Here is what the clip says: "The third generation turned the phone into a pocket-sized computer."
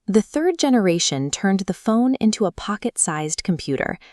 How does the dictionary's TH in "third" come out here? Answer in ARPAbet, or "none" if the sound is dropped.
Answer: TH